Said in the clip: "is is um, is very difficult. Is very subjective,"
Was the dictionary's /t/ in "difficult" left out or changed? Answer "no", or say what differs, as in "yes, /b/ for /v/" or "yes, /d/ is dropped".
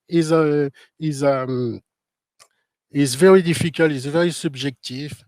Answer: yes, /t/ is dropped